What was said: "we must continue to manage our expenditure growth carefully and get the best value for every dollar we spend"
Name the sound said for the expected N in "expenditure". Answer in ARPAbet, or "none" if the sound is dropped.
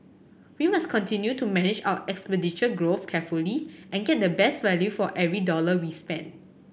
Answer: none